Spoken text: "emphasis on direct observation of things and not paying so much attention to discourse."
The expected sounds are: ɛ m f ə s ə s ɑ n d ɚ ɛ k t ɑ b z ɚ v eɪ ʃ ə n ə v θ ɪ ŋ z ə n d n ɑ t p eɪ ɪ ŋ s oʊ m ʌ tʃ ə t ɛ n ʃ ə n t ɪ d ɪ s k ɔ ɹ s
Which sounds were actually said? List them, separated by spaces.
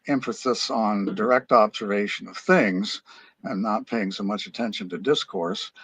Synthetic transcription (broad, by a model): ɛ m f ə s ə s n d ɚ ɛ k t ɑ b z ɚ v eɪ ʃ ə n ə v θ ɪ ŋ z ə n n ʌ t p eɪ ɪ ŋ s oʊ m ʌ tʃ ə t ɛ n ʃ ə n t ɪ d ɪ s k ɔ ɹ s